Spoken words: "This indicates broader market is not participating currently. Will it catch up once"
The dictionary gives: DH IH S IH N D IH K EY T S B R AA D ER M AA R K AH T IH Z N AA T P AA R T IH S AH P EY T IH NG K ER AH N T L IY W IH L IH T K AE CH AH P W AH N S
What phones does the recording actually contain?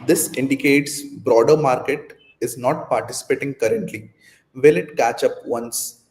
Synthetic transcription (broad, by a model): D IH S IH N D IH K EY T S B R AA D ER M AA R K AH T IH Z N AA T P AA R T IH S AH P EY T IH NG K ER AH N T L IY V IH L IH T K AE CH AH P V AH N S